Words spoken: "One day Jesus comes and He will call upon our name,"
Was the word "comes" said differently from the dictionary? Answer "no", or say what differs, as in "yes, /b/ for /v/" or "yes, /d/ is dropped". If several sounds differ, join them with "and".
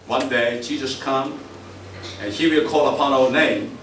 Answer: yes, /z/ is dropped